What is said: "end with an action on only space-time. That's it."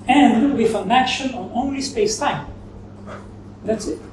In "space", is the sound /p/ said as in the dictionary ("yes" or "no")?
yes